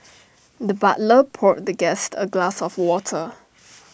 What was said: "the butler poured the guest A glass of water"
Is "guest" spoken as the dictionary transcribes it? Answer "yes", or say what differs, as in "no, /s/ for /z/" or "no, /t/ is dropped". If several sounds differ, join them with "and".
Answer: yes